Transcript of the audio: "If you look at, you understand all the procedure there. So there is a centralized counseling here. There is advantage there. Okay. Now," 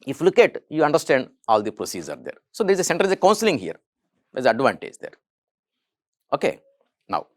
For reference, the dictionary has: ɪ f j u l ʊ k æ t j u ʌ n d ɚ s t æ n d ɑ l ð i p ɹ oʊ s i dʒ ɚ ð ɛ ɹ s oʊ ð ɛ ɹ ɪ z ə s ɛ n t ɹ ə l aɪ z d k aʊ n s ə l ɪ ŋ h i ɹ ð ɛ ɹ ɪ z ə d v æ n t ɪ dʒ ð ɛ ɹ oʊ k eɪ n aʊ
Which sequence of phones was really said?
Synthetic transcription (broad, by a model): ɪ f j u l ʊ k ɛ t j u ʌ n d ɚ s t æ n d ɑ l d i p ɹ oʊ s i z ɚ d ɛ ɹ s oʊ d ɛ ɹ ɪ z ə s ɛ n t ə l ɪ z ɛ k aʊ n s ə l ɪ ŋ h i ɹ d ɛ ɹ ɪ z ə d v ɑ n t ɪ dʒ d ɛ ɹ oʊ k eɪ n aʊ